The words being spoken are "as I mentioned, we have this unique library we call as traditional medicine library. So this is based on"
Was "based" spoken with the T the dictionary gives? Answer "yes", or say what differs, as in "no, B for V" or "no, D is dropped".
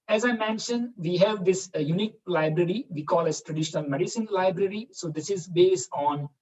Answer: yes